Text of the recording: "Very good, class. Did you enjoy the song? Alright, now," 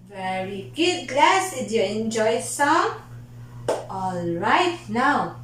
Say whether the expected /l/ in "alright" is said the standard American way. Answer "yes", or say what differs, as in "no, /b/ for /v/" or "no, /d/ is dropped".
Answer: yes